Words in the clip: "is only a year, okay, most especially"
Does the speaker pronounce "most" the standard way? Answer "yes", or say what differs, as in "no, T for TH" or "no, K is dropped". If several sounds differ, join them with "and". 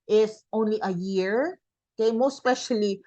no, S is dropped